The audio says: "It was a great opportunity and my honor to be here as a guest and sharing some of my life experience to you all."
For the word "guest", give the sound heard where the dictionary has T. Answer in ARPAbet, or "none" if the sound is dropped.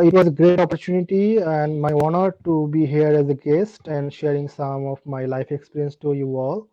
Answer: T